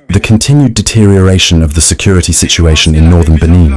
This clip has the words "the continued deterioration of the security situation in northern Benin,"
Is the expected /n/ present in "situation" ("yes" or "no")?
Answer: yes